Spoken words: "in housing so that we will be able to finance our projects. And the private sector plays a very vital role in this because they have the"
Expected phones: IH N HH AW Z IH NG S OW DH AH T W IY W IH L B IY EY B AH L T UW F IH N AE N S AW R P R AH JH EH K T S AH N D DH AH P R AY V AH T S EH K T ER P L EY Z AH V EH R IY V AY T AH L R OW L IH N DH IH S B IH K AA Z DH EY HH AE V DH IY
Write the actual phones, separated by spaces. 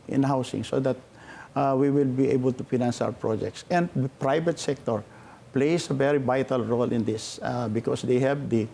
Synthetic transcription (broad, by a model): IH N HH AW S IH NG S OW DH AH T W IY W IH L B IY EY B AH L T UW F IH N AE N S AW R P R AH JH EH K T S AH N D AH P R AY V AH T S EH K T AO P L EY S AH V EH R IY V AY T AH L R OW L IH N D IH S B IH K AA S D EY HH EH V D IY